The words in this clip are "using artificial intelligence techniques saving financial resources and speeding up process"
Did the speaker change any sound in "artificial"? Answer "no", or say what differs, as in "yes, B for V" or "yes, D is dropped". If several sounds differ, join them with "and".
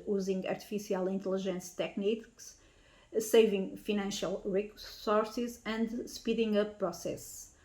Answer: yes, S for SH